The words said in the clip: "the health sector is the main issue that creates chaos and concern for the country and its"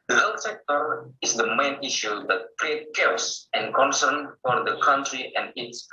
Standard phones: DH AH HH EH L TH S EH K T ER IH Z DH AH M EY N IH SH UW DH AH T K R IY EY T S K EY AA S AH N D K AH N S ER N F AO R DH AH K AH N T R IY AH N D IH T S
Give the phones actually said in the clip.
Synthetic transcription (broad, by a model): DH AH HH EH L S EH K T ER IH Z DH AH M EY N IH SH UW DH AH T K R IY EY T K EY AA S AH N K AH N S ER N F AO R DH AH K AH N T R IY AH N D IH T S